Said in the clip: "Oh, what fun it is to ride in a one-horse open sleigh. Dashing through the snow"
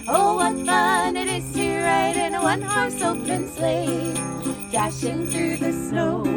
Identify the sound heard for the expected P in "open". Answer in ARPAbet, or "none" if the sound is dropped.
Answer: none